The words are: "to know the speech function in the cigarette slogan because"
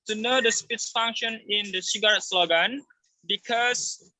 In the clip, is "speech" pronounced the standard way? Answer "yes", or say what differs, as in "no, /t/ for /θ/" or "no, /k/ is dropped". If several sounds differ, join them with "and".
no, /s/ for /tʃ/